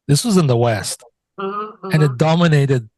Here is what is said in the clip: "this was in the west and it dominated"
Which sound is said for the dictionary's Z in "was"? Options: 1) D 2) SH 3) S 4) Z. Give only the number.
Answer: 4